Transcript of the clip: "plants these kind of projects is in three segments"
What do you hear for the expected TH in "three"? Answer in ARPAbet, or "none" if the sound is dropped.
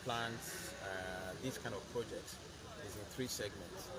TH